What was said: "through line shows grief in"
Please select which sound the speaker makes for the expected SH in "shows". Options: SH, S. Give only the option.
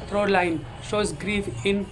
SH